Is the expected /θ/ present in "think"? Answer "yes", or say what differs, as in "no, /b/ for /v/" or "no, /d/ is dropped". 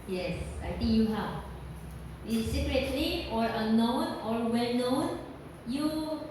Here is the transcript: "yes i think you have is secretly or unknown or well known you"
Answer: no, /t/ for /θ/